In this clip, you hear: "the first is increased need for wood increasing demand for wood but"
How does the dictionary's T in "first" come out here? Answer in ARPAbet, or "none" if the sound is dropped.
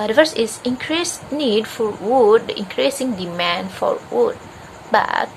none